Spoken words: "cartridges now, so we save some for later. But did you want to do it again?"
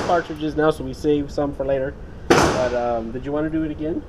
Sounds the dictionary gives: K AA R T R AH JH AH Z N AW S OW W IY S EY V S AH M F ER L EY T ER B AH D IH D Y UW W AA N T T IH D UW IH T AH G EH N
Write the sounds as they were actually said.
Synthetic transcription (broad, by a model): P AA R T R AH JH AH Z N AW S OW W IY S EY V S AH M F ER L EY T ER B AH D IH D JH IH W AA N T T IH D IH T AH G EH N